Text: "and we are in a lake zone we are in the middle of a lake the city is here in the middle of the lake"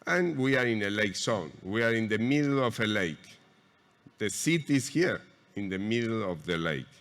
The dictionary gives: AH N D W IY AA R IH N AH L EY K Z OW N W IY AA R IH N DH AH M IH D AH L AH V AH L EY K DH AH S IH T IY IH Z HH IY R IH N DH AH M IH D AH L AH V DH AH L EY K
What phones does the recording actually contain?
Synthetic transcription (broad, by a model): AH N W IY AA R IH N AH L EY K S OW N W IY AA R IH N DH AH M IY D L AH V AH L EY K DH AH S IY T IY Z HH IY R IH N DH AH M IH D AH L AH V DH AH L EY K